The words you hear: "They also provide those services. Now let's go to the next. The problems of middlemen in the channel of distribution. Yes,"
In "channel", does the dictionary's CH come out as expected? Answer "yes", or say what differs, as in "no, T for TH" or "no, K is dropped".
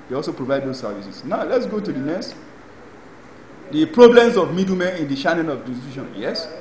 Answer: no, SH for CH